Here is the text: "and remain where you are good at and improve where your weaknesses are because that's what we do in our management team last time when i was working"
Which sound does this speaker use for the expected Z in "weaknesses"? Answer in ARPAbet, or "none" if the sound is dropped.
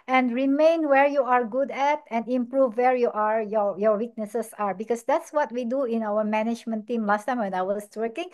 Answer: S